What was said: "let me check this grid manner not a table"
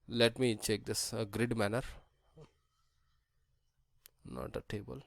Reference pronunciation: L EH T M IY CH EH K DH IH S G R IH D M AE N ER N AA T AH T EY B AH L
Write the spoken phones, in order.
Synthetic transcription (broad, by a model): L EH T M IY CH EH K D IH S G R IH D M AE N ER N AA T AH T EY B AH L